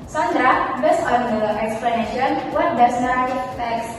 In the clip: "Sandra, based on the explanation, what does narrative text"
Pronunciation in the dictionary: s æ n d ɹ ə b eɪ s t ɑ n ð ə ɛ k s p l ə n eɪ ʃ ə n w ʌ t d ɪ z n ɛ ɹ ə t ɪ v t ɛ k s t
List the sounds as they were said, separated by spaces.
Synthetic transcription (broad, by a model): s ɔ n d ɹ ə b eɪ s ɑ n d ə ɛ k s p l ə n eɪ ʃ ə n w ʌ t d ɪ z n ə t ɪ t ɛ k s